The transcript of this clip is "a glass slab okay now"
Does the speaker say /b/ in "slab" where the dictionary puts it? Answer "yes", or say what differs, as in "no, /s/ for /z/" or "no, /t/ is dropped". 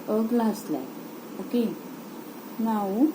no, /b/ is dropped